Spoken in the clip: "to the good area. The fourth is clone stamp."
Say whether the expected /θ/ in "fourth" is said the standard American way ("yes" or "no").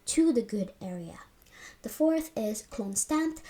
yes